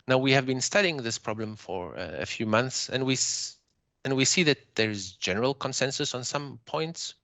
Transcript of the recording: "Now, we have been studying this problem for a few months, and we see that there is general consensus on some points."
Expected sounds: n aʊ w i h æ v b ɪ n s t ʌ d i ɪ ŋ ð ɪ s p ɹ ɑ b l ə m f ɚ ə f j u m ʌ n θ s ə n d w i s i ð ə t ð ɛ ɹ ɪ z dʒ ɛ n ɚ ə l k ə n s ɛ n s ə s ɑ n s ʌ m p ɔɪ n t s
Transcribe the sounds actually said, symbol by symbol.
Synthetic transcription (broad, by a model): n aʊ w i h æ v b ɪ n s t ʌ d i ɪ ŋ ð ɪ s p ɹ ɑ b l ə m f ɚ ə f j u m ʌ n θ s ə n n w i s i ð ə t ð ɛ ɹ ɪ z dʒ ɛ n ɚ ə l k ə n s ɛ n s ə s n s ʌ m p ɔɪ n t s